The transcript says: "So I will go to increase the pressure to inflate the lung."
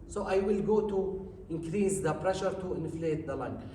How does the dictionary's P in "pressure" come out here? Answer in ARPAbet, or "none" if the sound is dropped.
P